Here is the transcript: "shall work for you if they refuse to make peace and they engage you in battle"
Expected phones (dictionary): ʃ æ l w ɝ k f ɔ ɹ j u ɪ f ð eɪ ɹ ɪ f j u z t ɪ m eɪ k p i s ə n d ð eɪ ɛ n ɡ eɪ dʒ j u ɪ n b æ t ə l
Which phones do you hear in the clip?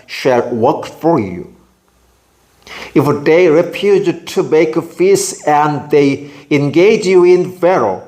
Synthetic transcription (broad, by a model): ʃ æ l w ɝ k f ɔ ɹ j u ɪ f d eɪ ɹ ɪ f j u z t ɪ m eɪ k f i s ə n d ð eɪ ɛ n ɡ eɪ dʒ j u ɪ n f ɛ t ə